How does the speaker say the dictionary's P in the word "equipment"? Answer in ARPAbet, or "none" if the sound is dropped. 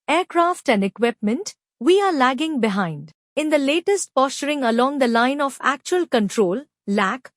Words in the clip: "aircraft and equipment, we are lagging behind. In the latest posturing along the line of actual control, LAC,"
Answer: P